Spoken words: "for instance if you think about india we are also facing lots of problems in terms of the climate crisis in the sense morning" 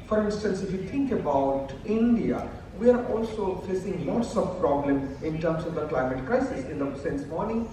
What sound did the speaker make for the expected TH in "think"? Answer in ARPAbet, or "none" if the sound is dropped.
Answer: T